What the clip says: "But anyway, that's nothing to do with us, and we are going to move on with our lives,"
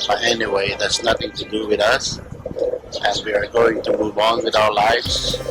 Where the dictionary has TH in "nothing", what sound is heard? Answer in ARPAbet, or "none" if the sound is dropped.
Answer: TH